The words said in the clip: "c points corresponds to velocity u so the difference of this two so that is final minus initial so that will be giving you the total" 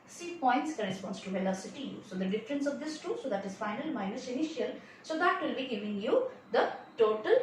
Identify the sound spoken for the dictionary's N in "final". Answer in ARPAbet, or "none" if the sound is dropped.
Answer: N